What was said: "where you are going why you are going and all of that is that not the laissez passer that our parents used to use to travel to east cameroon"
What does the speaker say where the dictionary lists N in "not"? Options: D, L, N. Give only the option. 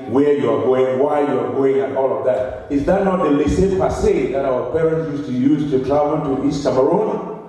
N